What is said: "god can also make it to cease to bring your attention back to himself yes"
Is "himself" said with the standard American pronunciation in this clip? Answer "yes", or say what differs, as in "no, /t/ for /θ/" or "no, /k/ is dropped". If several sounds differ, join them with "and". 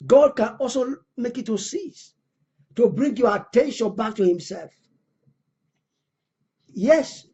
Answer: yes